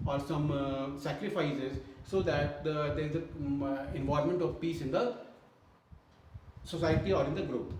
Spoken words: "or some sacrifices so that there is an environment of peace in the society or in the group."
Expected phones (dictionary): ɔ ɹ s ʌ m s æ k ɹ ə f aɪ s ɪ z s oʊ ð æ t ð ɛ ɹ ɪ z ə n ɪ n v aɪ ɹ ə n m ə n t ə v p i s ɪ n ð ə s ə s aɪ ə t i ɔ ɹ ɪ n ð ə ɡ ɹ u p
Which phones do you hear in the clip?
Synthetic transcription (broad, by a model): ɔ ɹ s ʌ m s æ k ɹ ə f aɪ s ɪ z s oʊ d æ t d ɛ ɹ ɪ z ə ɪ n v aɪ ə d m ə n t ə v p i s ɪ n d ə s ə s aɪ ə t i ɔ ɹ ɪ n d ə ɡ ɹ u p